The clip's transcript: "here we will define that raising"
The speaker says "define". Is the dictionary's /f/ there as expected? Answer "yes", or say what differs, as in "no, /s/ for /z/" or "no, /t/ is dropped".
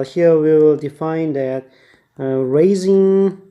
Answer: yes